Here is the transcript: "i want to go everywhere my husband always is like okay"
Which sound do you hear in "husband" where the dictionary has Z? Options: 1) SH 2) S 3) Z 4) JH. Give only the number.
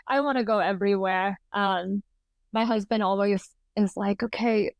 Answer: 3